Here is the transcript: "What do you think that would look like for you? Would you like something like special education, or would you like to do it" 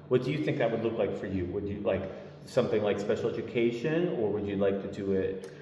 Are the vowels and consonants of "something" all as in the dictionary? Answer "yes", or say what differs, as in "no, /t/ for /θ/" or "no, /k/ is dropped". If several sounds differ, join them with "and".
yes